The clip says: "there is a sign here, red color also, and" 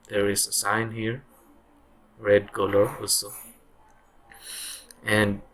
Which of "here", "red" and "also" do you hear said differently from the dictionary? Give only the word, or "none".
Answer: none